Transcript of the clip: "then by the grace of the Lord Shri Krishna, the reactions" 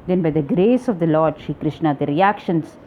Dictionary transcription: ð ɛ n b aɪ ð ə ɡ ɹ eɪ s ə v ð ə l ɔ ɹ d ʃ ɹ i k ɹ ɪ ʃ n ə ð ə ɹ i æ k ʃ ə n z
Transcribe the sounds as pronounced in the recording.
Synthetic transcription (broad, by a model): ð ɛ n b aɪ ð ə ɡ ɹ eɪ s ə v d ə l ɔ ɹ d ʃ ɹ i k ɹ ɪ ʃ n ə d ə ɹ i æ k ʃ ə n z